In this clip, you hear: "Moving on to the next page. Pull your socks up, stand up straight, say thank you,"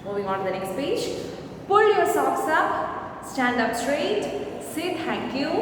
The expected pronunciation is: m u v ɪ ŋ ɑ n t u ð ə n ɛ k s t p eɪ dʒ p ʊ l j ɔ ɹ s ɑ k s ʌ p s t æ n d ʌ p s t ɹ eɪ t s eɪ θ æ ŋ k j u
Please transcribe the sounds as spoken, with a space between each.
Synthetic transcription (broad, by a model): m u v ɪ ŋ ɑ n t u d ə n ɛ k s t p eɪ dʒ p ʊ l j ɔ ɹ s ɑ k s ʌ p s t æ n d ʌ p s t ɹ eɪ t s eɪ t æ ŋ k j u